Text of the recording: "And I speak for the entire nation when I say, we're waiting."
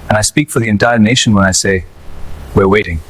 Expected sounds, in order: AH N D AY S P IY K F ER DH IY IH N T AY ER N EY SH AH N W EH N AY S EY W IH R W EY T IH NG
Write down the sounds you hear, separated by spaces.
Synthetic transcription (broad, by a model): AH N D AY S P IY K F ER DH IY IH N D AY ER N EY SH AH N W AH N AY S EY W IH R W EY T IH NG